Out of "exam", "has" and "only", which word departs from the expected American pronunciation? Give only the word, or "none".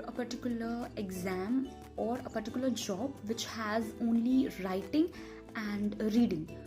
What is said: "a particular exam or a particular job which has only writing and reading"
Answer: none